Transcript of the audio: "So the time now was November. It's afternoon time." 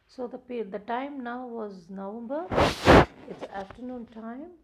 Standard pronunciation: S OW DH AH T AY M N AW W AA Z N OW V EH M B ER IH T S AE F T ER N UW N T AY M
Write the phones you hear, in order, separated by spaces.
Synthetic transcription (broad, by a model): S OW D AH T AY M N AW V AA Z N OW V EH M B ER IH T S AE F T ER N UW N T AY M